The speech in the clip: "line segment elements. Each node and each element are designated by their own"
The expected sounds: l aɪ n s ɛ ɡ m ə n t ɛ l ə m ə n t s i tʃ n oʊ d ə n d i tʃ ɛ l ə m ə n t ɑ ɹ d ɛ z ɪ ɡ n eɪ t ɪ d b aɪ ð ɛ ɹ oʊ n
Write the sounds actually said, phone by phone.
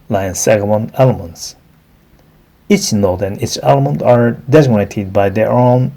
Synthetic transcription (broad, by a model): l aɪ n s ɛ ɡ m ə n ɛ l ə m ə n t s i tʃ n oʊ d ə n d i tʃ ɛ l ə m ə n t ɑ ɹ d ɛ z ɪ ɡ n eɪ t ɪ d b aɪ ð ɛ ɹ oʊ n